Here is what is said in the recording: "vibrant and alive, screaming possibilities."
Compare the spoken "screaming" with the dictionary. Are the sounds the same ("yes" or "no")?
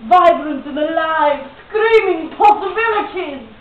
yes